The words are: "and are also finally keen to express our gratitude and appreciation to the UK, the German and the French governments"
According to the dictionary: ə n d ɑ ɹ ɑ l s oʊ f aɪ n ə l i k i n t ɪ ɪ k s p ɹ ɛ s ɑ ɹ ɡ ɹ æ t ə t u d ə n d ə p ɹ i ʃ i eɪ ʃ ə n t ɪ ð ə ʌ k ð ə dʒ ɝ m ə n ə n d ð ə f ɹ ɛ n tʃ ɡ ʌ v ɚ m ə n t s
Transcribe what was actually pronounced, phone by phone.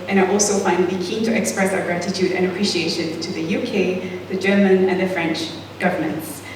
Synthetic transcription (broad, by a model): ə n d ɑ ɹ ɑ l s oʊ f aɪ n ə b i k i n t ɪ ɪ k s p ɹ ɛ s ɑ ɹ ɡ ɹ æ t ə t u d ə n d ə p ɹ i ʃ i eɪ ʃ ə n t ɪ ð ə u k ð ə dʒ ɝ m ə n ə n ð ə f ɹ ɛ n tʃ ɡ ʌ v ɚ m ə n t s